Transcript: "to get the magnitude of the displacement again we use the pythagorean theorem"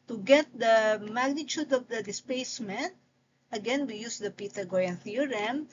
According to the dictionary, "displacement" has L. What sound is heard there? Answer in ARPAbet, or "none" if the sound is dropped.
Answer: none